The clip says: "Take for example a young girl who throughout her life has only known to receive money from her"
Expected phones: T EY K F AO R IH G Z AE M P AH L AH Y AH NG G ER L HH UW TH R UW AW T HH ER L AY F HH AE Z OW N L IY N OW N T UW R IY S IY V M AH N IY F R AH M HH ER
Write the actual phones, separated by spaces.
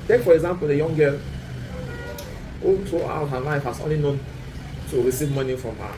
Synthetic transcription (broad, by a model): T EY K F AO R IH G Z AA M P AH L AH Y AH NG G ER L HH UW T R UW AW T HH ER L AY F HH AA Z OW N L IY N OW N T UW R IY S IY V M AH N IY F R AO M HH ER